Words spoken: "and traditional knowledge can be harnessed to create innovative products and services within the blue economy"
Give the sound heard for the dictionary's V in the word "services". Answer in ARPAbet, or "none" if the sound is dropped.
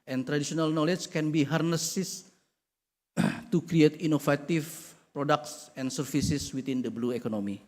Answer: F